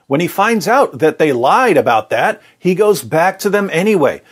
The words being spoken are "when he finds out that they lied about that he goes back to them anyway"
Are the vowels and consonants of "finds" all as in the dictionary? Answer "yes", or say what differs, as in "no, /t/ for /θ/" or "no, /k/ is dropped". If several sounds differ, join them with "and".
yes